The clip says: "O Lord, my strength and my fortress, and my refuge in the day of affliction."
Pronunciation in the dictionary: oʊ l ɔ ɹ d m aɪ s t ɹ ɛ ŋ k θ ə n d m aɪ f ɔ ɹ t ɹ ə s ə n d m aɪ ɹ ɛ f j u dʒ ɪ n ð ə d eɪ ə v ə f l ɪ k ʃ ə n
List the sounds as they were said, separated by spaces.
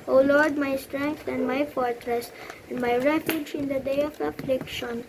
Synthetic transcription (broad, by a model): oʊ l ɔ ɹ d m aɪ s t ɹ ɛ ŋ k t ə n d m aɪ f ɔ ɹ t ɹ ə s ə n d m aɪ ɹ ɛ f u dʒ ɪ n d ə d eɪ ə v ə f l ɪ k ʃ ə n